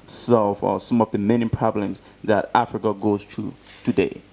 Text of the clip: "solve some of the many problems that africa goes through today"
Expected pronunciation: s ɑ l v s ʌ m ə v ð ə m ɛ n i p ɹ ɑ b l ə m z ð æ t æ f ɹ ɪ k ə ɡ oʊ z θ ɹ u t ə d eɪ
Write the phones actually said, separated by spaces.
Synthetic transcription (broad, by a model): s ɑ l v s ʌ m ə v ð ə m ɛ n i p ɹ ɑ b l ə m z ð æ t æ f ɹ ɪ k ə ɡ oʊ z t ɹ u t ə d eɪ